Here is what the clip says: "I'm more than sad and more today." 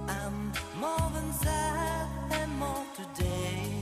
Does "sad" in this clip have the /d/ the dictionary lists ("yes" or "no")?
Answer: no